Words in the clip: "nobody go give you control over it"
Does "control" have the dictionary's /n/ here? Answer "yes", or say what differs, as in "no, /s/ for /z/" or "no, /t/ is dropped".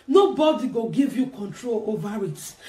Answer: yes